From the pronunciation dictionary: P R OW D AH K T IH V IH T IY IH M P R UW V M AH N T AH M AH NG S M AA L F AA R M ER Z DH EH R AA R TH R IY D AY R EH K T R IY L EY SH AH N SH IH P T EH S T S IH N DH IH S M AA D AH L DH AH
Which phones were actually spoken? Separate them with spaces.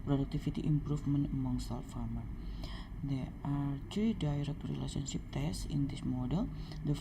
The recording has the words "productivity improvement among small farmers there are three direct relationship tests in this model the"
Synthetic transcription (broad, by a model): P R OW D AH K T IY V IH T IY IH M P R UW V M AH N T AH M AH NG S AA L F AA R M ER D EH AA R T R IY D AY R EH K T R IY L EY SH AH N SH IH P T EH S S IH N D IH S M AA D AH L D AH